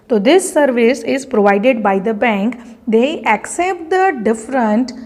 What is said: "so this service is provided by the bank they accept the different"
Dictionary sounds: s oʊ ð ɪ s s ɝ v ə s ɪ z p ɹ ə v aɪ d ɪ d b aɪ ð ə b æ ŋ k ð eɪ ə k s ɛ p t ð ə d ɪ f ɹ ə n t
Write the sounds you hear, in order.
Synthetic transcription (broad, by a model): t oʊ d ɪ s s ɝ v ə s ɪ z p ɹ ə v aɪ d ɪ d b aɪ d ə b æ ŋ k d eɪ ə k s ɛ p t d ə d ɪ f ɹ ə n t